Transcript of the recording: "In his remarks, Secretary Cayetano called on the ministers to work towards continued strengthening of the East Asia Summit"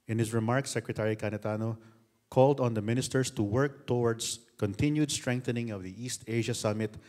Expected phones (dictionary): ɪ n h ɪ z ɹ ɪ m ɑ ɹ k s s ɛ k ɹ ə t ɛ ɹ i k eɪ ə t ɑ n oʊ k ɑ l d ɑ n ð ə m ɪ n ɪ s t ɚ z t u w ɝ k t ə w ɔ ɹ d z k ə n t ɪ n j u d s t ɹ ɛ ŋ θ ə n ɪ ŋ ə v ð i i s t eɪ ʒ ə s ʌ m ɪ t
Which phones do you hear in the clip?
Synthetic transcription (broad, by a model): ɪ n h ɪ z ɹ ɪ m ɑ ɹ k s s ɛ k ɹ ə t ɛ ɹ i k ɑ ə t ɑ n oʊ k ɑ l d ɑ n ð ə m ɪ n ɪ s t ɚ s t u w ɝ k t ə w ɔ ɹ d s k ə n t ɪ n j u d s t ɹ ɛ ŋ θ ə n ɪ ŋ ə v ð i i s t eɪ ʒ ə s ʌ m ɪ t